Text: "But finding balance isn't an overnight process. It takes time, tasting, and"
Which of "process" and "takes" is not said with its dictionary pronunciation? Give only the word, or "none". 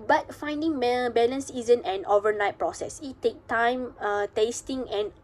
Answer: takes